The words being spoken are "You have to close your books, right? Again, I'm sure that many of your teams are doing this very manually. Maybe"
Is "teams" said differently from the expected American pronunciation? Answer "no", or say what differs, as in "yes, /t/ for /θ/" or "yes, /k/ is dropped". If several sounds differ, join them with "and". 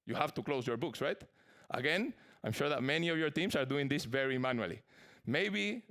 yes, /s/ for /z/